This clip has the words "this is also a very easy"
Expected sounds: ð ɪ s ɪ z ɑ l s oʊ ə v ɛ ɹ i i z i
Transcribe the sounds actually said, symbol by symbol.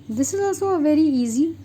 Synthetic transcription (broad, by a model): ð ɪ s ɪ z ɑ s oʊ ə v ɛ ɹ i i z i